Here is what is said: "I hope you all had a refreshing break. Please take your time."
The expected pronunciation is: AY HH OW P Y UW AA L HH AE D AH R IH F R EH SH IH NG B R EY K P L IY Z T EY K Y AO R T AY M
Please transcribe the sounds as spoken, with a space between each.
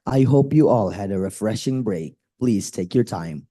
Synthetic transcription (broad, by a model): AY HH OW P Y UW AA L HH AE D AH R IH F R EH SH IH NG B R EY K P L IY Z T EY K Y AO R T AY M